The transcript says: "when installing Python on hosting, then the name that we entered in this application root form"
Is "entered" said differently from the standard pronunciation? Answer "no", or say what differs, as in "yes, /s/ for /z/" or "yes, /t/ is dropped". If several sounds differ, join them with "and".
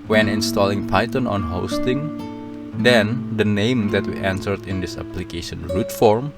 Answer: yes, /s/ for /t/